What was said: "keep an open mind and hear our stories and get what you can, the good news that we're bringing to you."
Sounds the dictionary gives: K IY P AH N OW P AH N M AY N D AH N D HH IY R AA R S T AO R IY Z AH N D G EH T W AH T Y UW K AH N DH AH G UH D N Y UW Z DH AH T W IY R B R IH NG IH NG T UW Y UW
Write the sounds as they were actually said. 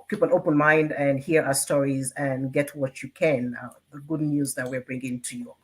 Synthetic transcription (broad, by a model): K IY P AH N OW P AH N M AY N D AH N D HH IY R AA S T AO R IY Z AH N G EH T W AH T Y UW K AH N DH AH G UH D N Y UW Z DH AH T W IY R B R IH NG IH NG T UW Y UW